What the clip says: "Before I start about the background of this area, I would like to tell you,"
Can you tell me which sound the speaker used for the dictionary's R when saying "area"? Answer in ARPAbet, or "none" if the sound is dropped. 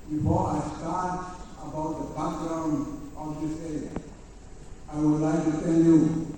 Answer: none